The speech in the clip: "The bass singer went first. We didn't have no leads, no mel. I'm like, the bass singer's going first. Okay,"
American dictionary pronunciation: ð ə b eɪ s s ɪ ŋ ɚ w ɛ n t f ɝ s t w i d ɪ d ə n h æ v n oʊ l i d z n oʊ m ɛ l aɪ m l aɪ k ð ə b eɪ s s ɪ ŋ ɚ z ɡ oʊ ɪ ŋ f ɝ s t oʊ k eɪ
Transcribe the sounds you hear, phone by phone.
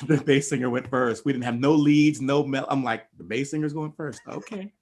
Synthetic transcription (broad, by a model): ð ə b eɪ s s ɪ ŋ ɚ w ɛ n t f ɝ s t w i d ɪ d n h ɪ v n oʊ l i d z n oʊ m ɛ l aɪ m l aɪ k ð ə b eɪ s s ɪ ŋ ɚ z ɡ oʊ ɪ ŋ f ɝ s t oʊ k eɪ